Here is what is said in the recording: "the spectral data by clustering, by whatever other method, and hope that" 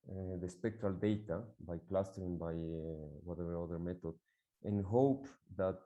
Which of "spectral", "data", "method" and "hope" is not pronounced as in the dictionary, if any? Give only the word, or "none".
method